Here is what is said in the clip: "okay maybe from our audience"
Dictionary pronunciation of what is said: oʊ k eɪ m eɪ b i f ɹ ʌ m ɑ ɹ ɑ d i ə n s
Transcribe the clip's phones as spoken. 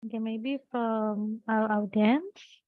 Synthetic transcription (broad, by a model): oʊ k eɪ m eɪ b i f ɹ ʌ m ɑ l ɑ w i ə n s